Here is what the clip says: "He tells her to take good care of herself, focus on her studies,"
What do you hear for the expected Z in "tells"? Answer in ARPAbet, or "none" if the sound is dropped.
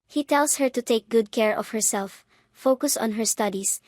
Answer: S